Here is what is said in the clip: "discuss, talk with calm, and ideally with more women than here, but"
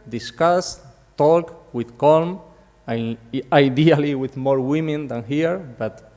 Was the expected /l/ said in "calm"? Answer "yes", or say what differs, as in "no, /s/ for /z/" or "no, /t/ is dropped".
yes